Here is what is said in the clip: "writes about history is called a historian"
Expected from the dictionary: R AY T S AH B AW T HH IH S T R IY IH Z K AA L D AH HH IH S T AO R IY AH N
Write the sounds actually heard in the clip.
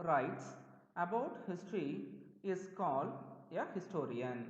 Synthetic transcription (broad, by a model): R AY T S AH B AW T HH IH S T R IY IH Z K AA L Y AH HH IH S T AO R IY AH N